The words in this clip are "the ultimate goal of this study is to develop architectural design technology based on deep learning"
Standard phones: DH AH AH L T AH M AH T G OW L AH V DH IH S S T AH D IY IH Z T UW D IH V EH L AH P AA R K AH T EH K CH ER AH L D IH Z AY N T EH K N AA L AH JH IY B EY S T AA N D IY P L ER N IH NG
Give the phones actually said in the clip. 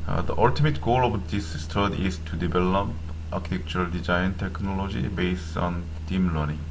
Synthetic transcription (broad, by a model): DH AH AH L T AH M AH T G OW L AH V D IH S S T AH D IY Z T UW D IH B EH L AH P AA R K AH T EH K CH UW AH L D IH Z AY N T EH K N AA L AH JH IY B EY S T AA N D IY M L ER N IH NG